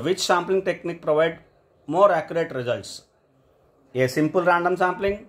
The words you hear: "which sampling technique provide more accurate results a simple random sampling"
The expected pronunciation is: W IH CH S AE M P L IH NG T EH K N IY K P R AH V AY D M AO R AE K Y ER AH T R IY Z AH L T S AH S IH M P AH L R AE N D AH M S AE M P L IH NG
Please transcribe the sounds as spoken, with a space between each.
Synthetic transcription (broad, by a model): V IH CH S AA M P L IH NG T EH K N IY K P R AH V AY D M AO R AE K Y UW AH T R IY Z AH L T S AH S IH M P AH L R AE N D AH M S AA M P L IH NG